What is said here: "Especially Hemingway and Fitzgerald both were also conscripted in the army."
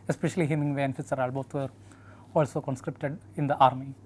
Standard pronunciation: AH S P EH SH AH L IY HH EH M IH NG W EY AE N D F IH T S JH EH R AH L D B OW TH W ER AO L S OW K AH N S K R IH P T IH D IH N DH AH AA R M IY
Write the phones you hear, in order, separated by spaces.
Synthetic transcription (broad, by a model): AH S P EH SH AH L IY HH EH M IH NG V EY N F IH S AH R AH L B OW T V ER AO L S OW K AH N S K R IH P T IH D IH N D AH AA R M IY